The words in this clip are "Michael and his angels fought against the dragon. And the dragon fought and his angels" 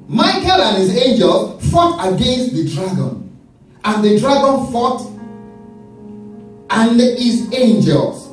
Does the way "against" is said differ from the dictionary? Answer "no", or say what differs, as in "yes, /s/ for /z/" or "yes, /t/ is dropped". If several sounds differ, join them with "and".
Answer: no